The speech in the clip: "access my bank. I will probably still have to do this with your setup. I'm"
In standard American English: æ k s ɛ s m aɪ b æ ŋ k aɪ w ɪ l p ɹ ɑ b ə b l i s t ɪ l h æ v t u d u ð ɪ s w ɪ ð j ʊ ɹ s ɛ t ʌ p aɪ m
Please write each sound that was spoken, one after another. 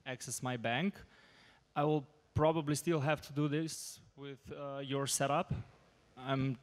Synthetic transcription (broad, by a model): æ k s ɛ s m aɪ b æ ŋ k aɪ w ɪ l p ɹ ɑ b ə b l i s t ɪ l h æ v t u d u ð ɪ s w ɪ ð j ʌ ɹ s ɛ t ʌ p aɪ m